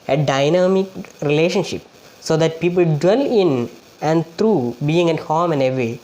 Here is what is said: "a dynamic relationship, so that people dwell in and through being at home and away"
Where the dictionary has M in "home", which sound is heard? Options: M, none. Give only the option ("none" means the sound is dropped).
M